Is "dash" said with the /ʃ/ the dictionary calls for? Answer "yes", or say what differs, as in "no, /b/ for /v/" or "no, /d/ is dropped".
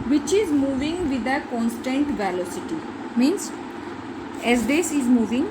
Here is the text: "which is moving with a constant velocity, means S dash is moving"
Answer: no, /s/ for /ʃ/